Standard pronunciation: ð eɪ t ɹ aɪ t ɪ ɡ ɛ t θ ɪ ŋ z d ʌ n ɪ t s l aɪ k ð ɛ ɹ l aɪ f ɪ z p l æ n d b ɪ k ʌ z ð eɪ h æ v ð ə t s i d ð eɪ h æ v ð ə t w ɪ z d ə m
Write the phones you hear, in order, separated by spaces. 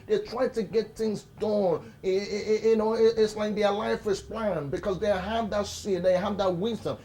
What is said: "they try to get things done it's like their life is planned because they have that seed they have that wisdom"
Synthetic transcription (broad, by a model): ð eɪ t ɹ aɪ t ɪ ɡ ɛ t θ ɪ ŋ z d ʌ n ɪ t s l aɪ k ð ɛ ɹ l aɪ f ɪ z p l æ n b ɪ k ʌ z ð eɪ h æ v ð ə t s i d ð eɪ h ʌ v ð ə t w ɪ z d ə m